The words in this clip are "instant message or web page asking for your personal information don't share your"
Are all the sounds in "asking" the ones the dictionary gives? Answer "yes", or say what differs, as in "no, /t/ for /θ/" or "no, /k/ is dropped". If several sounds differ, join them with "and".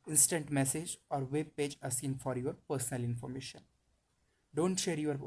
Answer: no, /k/ is dropped